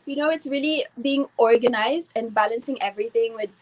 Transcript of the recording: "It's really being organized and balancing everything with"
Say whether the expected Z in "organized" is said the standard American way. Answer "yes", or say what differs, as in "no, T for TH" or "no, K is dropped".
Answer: yes